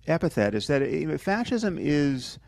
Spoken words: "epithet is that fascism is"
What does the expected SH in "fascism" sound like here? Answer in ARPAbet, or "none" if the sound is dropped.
SH